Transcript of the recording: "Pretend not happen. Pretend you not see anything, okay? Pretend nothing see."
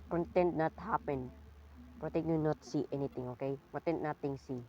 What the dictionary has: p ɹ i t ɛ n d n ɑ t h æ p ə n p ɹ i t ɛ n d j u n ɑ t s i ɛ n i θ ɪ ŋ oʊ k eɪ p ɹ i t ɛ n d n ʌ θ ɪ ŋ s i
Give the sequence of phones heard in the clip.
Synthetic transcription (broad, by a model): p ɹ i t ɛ n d n ɑ t h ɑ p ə n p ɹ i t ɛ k j u n ɑ t s i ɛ n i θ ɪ ŋ oʊ k eɪ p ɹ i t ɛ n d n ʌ t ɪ ŋ s i